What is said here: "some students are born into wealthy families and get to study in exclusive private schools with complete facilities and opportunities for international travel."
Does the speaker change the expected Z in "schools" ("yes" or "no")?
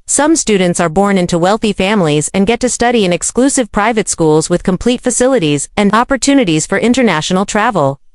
no